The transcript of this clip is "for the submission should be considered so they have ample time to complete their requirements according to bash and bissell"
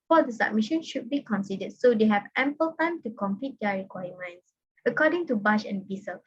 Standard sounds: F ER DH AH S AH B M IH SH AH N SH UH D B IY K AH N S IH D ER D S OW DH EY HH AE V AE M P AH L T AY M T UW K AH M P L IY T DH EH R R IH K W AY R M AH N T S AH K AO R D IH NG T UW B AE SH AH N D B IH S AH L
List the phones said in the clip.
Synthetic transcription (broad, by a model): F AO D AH S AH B M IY SH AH N SH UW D B IY K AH N S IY D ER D S OW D EY HH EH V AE M P AH L T AY M T UW K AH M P IY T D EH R R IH K W AY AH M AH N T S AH K AO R D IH NG T UW B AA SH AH N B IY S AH L